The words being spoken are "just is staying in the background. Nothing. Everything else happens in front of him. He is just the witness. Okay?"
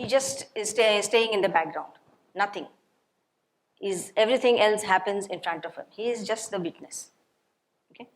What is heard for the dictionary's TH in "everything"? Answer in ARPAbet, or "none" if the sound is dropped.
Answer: T